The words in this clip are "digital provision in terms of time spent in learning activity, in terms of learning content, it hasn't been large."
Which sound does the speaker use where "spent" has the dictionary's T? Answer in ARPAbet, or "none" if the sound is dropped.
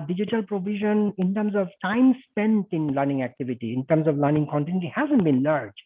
T